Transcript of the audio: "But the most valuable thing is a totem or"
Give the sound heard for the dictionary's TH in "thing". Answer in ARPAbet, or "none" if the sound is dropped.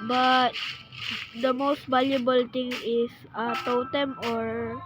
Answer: T